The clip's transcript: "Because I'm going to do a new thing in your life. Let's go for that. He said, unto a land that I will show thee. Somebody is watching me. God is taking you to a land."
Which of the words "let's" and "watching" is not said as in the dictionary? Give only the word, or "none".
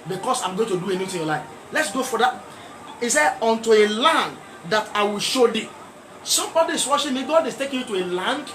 watching